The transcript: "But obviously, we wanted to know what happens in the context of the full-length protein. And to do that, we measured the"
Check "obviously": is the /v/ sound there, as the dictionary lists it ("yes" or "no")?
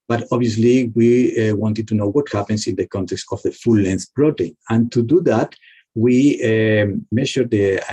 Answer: no